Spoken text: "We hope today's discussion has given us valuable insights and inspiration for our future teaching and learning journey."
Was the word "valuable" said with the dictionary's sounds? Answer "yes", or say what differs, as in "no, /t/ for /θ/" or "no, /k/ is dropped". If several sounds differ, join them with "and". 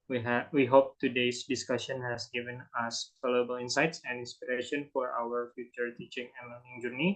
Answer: no, /f/ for /v/